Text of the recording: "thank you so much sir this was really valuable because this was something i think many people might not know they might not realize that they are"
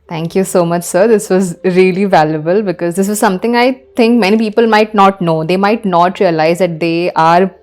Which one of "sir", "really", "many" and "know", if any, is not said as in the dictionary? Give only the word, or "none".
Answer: none